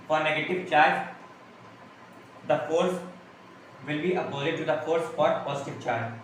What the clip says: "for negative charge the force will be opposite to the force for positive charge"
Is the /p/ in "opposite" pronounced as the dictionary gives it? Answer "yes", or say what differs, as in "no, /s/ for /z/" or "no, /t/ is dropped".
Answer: no, /b/ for /p/